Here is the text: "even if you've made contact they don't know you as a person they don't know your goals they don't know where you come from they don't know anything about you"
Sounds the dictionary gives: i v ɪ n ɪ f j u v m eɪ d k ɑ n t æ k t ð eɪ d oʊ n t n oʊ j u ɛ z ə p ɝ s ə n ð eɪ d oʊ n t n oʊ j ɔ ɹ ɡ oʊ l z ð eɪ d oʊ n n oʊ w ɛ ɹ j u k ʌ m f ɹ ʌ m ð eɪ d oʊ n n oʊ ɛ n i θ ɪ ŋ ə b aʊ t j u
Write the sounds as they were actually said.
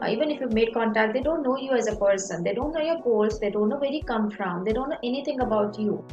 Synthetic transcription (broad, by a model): i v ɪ n ɪ f j u v m eɪ d k ɑ n t æ k t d eɪ d oʊ n t n oʊ j u ɛ z ə p ɝ s ə n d eɪ d oʊ n t n oʊ j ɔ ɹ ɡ oʊ l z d eɪ d oʊ n n oʊ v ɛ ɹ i k ʌ m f ɹ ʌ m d eɪ d oʊ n n oʊ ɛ n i t ɪ ŋ ə b aʊ t j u